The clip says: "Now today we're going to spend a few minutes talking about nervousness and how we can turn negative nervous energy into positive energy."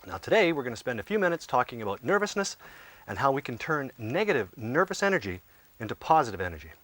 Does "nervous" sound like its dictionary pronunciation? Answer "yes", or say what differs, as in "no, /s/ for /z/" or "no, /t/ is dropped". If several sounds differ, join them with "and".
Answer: yes